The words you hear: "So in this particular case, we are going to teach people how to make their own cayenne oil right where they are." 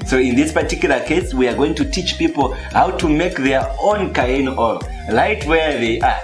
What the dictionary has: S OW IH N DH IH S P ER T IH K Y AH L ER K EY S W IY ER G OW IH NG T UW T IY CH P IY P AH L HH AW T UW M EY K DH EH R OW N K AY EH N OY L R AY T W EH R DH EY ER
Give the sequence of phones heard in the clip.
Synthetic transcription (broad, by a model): S OW IH N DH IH S P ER T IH K Y L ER K EY S W IY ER G OW IH NG T UW T IY CH P IY P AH L HH AW T UW M EY K DH EH R OW N K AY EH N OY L L AY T W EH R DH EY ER